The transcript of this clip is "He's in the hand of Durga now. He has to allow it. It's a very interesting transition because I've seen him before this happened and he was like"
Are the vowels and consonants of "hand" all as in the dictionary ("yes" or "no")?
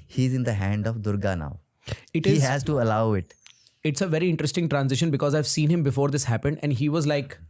yes